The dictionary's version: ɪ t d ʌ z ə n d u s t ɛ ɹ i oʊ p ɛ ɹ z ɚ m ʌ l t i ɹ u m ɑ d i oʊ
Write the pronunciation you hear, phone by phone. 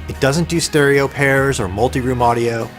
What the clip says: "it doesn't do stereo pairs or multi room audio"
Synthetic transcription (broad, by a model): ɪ t d ʌ z ə n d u s t ɛ ɹ i oʊ p ɛ ɹ z ɚ m ʌ l t i ɹ u m ɑ d i oʊ